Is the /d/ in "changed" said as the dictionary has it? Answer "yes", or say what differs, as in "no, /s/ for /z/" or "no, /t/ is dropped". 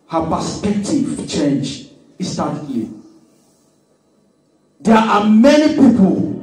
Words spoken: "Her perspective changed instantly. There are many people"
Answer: no, /d/ is dropped